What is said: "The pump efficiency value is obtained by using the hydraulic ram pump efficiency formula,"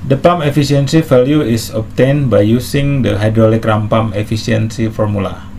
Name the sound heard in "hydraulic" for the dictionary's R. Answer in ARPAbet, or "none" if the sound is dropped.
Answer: R